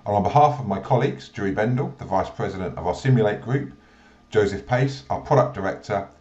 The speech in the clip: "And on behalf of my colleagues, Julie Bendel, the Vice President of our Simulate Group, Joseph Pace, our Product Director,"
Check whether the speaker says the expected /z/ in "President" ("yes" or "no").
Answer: yes